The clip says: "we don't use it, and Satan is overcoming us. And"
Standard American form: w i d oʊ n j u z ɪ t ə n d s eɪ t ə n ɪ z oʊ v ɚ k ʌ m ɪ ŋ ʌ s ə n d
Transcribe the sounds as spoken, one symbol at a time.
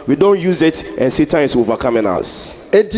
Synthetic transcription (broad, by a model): w i d oʊ n j u z ɪ t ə n s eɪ t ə ɪ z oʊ v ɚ k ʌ m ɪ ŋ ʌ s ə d